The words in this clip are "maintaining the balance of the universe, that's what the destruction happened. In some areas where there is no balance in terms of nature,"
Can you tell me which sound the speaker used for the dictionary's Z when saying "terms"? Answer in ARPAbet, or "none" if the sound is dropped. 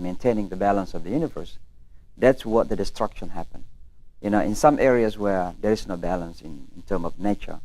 none